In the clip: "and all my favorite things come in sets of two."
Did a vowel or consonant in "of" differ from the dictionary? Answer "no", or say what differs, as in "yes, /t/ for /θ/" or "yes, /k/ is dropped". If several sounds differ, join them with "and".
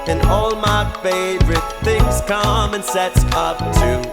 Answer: yes, /p/ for /v/